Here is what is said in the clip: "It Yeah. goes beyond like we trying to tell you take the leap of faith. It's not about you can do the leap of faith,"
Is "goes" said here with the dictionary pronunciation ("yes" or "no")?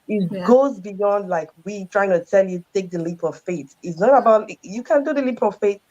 yes